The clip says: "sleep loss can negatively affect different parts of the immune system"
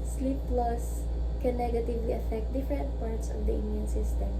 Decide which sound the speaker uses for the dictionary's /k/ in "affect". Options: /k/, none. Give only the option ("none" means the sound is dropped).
/k/